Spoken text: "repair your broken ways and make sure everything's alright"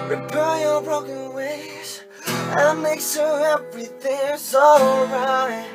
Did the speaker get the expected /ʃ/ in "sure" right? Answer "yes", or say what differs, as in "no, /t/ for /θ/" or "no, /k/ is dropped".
no, /s/ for /ʃ/